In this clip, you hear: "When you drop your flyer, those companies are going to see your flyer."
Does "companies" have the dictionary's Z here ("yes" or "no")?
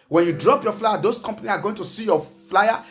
no